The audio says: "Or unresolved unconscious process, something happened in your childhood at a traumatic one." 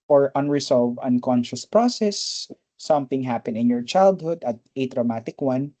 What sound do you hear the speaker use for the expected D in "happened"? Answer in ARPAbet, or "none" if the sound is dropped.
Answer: none